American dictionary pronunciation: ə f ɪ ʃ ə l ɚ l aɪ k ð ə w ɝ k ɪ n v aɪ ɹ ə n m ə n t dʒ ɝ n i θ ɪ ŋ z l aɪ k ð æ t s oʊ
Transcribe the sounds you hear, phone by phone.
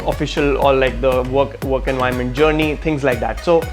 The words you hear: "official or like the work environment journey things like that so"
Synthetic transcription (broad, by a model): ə f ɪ ʃ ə l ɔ l aɪ k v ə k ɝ k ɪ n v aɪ ə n m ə n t dʒ ɝ n i t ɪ ŋ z l aɪ k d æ t s oʊ